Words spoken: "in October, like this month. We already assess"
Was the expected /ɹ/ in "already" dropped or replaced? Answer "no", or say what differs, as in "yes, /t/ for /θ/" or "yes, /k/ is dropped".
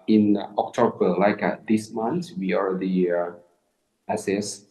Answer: no